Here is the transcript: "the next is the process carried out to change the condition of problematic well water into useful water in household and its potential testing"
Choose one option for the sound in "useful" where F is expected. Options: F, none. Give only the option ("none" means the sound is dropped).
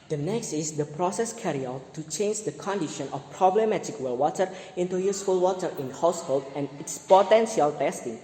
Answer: F